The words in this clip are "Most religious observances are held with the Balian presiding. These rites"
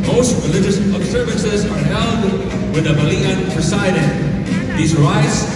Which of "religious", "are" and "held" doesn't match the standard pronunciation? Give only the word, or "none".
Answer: held